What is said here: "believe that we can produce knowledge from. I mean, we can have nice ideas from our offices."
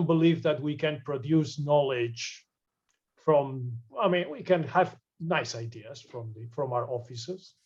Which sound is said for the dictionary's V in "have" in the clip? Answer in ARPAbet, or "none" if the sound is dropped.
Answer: V